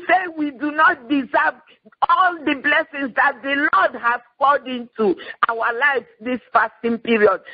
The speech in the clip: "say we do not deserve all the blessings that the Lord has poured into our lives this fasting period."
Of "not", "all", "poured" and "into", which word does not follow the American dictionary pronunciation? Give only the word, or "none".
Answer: poured